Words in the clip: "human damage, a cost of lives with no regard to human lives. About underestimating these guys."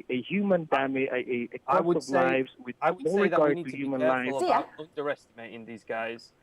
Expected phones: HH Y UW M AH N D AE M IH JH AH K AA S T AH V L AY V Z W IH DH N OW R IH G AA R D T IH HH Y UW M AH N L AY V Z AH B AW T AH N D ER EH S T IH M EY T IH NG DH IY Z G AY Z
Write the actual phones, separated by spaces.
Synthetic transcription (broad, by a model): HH Y UW M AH N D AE M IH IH AH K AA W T AH V L AY V Z W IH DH N OW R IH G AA R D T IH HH Y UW M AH N L AY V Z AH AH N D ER EH S T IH M EY T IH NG DH IY Z G AY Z